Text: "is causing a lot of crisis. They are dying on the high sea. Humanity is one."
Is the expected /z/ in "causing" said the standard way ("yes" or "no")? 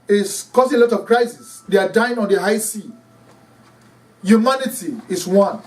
no